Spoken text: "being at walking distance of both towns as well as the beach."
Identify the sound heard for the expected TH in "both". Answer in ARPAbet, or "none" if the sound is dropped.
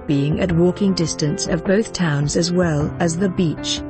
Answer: TH